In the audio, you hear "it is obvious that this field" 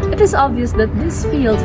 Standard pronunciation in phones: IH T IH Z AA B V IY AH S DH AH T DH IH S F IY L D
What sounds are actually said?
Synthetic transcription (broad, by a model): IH T IH Z AA B V IY AH S DH AH T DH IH S F IY L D